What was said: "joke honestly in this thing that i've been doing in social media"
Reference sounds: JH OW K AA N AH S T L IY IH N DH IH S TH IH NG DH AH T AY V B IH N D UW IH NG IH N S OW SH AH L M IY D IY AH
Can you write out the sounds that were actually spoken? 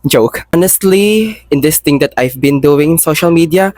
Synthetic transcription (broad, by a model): JH OW K AA N AH S T L IY IH N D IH S T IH NG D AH T AY V B IH N D UW IH NG IH N S OW SH AH L M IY D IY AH